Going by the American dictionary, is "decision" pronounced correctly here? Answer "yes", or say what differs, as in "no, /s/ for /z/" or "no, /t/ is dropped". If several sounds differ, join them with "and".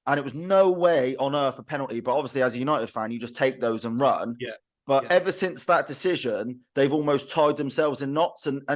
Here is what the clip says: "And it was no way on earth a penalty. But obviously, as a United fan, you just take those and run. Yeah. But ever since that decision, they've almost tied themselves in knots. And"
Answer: yes